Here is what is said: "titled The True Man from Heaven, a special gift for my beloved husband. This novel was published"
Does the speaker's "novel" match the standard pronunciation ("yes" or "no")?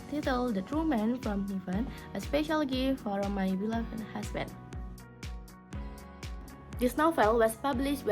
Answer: no